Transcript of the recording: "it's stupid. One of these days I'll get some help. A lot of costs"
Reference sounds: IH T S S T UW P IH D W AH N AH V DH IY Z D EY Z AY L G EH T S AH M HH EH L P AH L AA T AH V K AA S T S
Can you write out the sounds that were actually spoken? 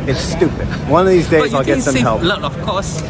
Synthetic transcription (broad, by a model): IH T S S T UW P IH D W AH N AH V DH IY Z D EY Z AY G G EH T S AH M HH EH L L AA AH V K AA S S